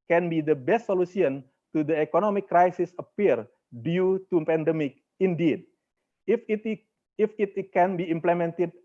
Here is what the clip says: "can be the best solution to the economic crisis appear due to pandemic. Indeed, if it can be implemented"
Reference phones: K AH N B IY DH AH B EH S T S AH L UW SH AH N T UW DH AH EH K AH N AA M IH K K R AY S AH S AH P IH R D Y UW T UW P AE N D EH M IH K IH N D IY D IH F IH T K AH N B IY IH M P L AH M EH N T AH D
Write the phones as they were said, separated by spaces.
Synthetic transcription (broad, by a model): K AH N B IY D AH B EH S T S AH L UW S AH N T UW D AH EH K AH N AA M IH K K R AY S AH S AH P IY R D Y UW T UW P AE N D EH M IH K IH N D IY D IH F IH T K AH N B IY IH M P L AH M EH N T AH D